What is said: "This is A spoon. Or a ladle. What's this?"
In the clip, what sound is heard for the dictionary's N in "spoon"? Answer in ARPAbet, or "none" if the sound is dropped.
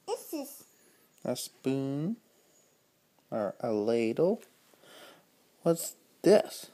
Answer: N